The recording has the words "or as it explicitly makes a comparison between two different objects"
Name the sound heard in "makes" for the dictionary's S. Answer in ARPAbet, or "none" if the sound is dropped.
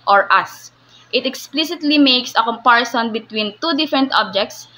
S